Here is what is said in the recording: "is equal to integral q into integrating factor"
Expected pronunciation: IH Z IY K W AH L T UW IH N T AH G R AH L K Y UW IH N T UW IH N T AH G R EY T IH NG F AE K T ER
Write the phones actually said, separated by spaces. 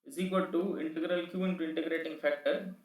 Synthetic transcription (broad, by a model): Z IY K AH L T UW IH N T AH G R AH L K Y UW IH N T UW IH N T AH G R EY T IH NG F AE K T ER